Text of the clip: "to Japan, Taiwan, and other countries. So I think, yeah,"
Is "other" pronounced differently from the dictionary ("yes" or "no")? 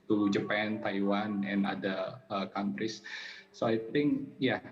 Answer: yes